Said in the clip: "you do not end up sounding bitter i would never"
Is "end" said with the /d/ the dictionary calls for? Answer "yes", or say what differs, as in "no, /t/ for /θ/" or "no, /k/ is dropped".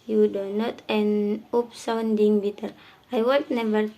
no, /d/ is dropped